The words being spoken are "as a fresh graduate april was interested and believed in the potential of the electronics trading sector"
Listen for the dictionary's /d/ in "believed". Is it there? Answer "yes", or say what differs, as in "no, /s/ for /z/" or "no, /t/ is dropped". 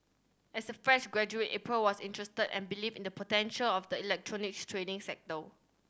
no, /d/ is dropped